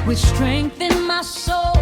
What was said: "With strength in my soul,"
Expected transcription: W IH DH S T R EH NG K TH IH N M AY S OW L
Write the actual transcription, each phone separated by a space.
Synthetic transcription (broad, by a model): W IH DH S T R EH NG K TH IH N M AY S OW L